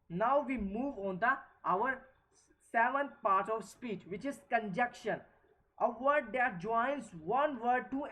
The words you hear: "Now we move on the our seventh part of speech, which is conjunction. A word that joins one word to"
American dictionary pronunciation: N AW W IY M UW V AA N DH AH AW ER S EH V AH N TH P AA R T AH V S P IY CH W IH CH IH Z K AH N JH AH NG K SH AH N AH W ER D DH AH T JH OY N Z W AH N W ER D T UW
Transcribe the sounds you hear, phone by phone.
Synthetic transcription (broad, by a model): N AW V IY M UW V AA N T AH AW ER S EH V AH N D P AA R T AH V S P IY CH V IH CH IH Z K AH N JH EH K SH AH N AH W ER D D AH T JH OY N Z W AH N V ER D T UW